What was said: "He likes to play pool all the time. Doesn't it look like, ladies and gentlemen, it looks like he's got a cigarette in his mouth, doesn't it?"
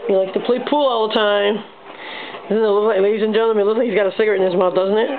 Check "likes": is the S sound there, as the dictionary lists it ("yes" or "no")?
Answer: no